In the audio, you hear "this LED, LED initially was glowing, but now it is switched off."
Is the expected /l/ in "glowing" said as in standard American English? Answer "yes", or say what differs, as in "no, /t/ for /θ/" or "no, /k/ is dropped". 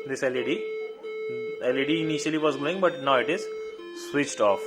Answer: no, /l/ is dropped